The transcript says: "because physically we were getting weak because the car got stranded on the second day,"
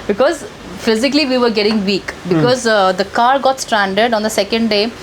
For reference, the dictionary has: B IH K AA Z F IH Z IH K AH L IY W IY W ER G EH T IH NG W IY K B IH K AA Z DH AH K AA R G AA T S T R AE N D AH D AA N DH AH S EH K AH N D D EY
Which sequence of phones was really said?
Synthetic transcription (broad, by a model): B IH K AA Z F IH Z IH K AH L IY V IY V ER G EH T IH NG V IY K B IH K AA Z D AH K AA R G AA T S T R AE N D AH D AA N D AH S EH K AH N D D EY